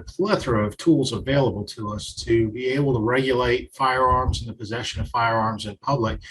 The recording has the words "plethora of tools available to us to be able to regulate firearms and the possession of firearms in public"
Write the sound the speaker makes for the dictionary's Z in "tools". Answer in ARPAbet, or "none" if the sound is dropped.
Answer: Z